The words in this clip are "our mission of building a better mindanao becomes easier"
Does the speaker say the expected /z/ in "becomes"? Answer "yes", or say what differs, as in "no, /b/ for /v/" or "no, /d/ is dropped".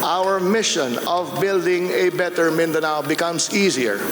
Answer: no, /s/ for /z/